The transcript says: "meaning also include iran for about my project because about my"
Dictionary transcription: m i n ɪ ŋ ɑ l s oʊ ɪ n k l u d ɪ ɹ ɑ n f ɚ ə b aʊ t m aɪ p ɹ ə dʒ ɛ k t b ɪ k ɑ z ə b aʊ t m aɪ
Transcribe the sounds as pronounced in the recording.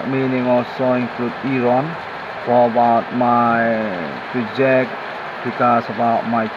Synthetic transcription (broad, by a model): m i n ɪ ŋ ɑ s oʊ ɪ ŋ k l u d ɪ ɹ ɑ n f ə b aʊ t m aɪ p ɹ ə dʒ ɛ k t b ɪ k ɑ s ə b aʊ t m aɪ